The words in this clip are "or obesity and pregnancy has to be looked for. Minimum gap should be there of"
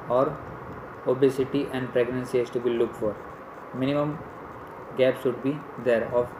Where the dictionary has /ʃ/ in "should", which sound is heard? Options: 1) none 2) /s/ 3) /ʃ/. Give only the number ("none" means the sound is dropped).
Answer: 2